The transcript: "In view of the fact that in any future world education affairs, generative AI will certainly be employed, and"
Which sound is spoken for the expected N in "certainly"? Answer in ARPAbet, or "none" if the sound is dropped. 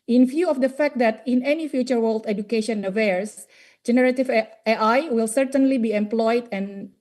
N